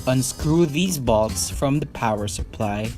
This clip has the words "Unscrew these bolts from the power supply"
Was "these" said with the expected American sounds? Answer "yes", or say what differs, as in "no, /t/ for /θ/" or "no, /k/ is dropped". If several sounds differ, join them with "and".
yes